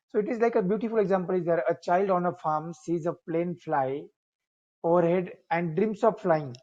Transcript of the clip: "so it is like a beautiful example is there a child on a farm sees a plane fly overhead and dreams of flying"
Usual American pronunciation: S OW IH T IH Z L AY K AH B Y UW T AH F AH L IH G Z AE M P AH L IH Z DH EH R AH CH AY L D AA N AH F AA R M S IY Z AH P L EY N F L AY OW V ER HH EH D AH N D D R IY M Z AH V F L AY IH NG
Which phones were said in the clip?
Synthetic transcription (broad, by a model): S OW IH T IH Z L AY K AH B Y UW T AH F AH L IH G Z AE M P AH L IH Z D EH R AH CH AY L D AA N AH F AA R M S IY Z AH P L EY N F L AY OW V ER HH EH D AH N D D R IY M S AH P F L AY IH NG